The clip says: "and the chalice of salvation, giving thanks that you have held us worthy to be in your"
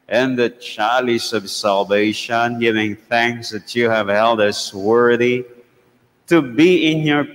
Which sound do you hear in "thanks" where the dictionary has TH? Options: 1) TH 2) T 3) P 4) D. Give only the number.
1